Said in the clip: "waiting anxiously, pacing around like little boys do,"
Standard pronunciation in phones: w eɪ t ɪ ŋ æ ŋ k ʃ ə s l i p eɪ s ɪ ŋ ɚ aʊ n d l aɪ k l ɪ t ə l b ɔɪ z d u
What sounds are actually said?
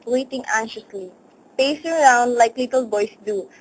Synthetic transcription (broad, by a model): w eɪ t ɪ ŋ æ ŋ ʃ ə s l i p eɪ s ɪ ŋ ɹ aʊ n d l aɪ k l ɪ t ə l b ɔɪ s d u